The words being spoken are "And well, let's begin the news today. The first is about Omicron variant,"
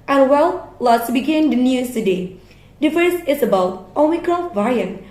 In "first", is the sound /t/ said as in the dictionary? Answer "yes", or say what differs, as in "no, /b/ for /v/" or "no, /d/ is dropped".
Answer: no, /t/ is dropped